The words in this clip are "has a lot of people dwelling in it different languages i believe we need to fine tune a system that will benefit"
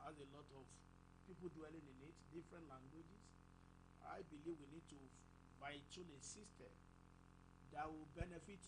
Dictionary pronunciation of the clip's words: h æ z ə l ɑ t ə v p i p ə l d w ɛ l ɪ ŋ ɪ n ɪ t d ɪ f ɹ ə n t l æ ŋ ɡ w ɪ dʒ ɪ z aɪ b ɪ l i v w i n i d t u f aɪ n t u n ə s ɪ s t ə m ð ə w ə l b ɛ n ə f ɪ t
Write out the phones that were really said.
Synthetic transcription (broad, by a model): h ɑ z ə l ɑ t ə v p i p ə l d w ɛ l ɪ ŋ ɪ n ɪ t d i f ɹ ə n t l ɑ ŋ ɡ w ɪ dʒ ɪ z aɪ b ɪ l i v w i n i d t u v aɪ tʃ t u l ə s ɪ s t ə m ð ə w ə l b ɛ n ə f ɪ t